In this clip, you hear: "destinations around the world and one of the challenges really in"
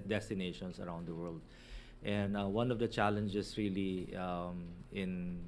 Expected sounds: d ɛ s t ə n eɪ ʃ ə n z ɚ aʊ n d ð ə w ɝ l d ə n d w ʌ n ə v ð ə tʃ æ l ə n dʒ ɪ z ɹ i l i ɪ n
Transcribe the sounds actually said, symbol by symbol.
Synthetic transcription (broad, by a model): d ɛ s t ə n eɪ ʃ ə n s ɚ aʊ n d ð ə w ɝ l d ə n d w ʌ n ə v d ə tʃ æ l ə n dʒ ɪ s ɹ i l i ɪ n